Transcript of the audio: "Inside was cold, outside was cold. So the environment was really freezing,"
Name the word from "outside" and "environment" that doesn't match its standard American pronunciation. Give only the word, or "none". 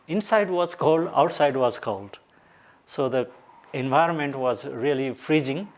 none